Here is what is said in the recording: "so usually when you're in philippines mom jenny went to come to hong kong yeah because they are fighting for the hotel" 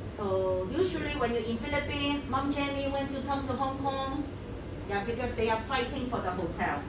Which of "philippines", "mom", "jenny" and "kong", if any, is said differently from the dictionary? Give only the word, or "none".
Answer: philippines